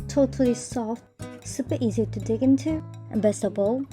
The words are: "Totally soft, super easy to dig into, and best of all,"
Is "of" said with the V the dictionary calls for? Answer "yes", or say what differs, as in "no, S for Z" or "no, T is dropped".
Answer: no, B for V